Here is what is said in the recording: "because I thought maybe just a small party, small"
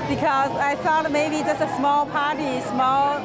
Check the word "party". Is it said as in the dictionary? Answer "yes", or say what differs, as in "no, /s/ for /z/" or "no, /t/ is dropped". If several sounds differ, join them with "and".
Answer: yes